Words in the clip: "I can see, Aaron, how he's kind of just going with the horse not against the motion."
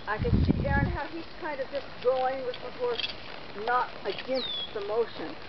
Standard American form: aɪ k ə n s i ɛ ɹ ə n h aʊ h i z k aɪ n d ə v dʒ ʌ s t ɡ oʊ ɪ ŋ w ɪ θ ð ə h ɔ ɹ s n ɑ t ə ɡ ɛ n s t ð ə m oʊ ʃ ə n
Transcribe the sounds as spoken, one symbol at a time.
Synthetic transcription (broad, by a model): aɪ k ə n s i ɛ ə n h aʊ i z k aɪ n d ə v dʒ ʌ s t ɡ oʊ ɪ ŋ w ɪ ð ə h ɔ ɹ s n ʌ t ə ɡ ɛ n s t ð ə m oʊ ʃ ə n